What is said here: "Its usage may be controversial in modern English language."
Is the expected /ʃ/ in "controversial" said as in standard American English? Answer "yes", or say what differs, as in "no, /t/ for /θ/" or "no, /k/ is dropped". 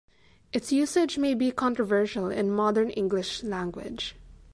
yes